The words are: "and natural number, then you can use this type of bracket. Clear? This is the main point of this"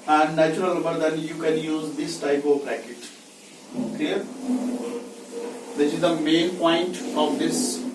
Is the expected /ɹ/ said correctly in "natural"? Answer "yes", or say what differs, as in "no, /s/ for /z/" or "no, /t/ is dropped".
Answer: no, /ɹ/ is dropped